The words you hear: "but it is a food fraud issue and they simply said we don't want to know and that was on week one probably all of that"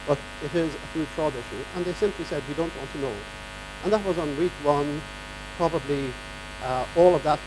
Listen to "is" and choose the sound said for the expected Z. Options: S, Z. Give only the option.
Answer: Z